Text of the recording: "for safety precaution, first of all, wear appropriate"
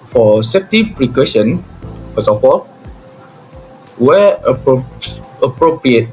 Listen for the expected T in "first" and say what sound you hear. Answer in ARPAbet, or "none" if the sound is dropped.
none